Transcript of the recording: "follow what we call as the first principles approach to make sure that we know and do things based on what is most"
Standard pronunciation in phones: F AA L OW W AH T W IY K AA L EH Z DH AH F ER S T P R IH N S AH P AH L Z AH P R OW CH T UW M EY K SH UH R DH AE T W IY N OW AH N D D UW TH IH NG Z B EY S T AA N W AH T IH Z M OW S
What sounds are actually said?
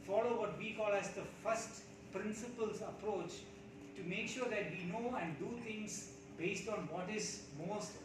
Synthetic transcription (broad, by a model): F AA L OW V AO T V IY K AA L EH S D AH F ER S T P R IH N S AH P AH L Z AH P R OW CH T UW M EY K SH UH R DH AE T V IY N OW AH N D D UW T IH NG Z B EY S T AA N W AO T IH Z M OW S